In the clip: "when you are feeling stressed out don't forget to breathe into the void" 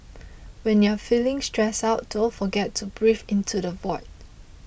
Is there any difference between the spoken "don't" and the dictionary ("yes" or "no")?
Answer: yes